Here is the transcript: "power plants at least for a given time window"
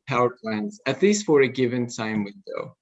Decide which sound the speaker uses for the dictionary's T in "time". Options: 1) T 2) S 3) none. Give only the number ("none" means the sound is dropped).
2